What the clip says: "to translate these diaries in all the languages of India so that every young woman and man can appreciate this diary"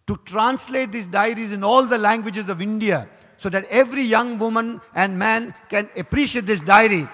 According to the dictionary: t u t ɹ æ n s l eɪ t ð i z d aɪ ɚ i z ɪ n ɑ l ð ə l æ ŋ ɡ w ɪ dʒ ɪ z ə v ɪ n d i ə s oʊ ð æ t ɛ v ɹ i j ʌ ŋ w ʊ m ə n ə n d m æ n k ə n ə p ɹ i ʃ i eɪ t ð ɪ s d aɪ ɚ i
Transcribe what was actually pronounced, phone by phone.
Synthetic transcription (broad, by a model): t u t ɹ æ n s l eɪ t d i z d aɪ ɚ i z ɪ n ɑ l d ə l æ ŋ ɡ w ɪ dʒ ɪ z ə v ɪ n d i ə s oʊ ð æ t ɛ v ɹ i j ʌ ŋ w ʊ m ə n ə n d m æ n k ə n ə p ɹ i ʃ i eɪ t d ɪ s d aɪ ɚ i